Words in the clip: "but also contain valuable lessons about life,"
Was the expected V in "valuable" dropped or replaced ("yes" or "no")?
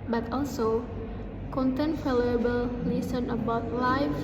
yes